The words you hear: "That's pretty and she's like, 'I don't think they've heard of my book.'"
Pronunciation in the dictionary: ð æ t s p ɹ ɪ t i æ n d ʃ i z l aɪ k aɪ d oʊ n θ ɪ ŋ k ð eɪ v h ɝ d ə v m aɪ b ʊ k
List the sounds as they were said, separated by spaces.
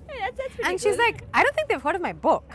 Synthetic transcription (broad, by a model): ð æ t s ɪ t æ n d ʃ i z l aɪ k aɪ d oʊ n θ ɪ ŋ k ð eɪ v h ɝ d ə v m aɪ b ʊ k